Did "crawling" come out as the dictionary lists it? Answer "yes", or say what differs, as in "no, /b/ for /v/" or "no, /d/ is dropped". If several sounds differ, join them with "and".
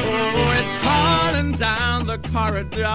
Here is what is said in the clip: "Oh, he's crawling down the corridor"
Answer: no, /ɹ/ is dropped